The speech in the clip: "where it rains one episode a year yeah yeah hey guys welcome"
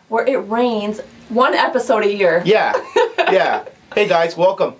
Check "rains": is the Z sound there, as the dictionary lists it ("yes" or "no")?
yes